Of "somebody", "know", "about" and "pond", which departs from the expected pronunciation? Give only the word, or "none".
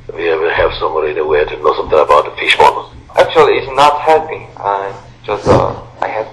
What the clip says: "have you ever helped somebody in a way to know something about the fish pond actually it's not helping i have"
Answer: pond